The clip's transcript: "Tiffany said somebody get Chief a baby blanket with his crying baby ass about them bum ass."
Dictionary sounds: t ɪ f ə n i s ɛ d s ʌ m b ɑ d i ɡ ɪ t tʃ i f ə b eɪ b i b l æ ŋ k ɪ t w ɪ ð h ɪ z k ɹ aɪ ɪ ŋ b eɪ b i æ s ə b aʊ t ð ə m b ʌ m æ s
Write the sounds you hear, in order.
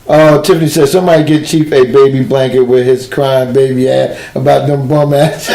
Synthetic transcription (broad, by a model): t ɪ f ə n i s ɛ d s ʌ m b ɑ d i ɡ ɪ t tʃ i p ə b eɪ b i b l æ ŋ k ɪ t w ɪ ð ɪ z k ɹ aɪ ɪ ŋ b eɪ b i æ ə b aʊ t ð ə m b ʌ m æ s